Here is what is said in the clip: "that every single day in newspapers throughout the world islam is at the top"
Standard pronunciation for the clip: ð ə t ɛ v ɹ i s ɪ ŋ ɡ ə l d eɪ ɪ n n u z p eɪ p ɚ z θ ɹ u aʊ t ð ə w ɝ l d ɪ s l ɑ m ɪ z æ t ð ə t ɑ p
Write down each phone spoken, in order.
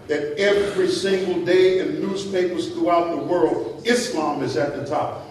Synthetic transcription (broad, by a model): ð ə t ɛ v ɹ i s ɪ ŋ ɡ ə l d eɪ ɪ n n u z p eɪ p ɚ z θ ɹ u aʊ t ð ə w ɝ l d ɪ s l ɑ m ɪ z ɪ t ð ə t ɑ p